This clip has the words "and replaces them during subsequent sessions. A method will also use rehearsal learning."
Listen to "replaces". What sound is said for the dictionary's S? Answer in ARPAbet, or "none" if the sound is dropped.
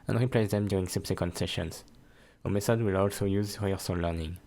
none